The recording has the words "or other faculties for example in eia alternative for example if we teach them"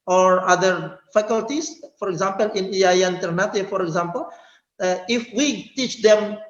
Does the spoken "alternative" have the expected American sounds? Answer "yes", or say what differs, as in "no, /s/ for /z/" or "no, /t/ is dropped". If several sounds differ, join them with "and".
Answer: no, /n/ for /l/